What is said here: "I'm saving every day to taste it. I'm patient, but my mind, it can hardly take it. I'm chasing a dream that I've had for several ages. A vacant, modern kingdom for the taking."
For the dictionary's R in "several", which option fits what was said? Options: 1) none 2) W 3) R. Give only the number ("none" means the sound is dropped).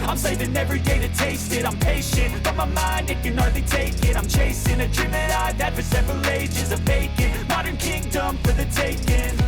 3